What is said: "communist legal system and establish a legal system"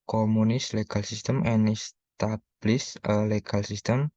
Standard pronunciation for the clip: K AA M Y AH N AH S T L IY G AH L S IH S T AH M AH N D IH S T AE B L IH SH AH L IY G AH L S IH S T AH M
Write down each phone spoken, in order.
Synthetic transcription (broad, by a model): K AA M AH N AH S L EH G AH L S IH S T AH M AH N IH S T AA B L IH S AH L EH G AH L S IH S T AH M